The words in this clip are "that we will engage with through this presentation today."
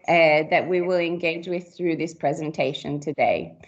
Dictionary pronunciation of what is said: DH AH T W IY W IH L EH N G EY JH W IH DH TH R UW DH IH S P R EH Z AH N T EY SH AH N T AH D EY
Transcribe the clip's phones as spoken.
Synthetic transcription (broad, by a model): DH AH T W IY W IH L EH N G EY JH W IH DH TH R UW DH IH S P R EH Z AH N T EY SH AH N T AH D EY